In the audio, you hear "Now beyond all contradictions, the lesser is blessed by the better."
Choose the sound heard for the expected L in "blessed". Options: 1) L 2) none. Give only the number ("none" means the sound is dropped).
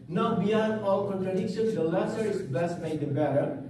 2